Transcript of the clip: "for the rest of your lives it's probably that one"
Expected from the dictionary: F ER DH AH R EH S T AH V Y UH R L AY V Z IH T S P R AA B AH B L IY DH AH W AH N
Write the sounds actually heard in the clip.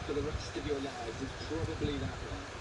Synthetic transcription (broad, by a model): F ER DH AH R EH S T AH V Y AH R L AY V IH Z P R AA B AH B L IY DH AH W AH